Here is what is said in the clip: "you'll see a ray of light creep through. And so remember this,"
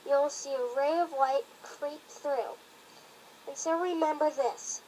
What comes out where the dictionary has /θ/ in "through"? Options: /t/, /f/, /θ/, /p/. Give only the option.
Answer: /θ/